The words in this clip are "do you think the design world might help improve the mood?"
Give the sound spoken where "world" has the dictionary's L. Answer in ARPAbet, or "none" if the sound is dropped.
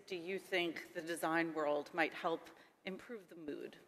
L